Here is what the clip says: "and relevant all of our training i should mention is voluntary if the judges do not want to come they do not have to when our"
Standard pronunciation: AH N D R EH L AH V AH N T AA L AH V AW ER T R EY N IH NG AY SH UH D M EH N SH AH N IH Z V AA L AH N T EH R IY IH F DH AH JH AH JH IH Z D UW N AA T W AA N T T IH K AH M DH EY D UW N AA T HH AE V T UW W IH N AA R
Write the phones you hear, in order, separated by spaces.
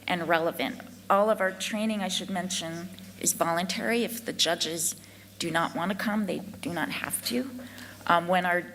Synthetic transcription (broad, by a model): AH N R EH L AH V AH N T AA L AH V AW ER T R EY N IH NG AY SH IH D M EH N SH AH N IH Z V AA L AH N T EH R IY IH F DH AH JH AH JH IH Z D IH N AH T W AA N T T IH K AH M DH EY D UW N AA T HH AE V T UW W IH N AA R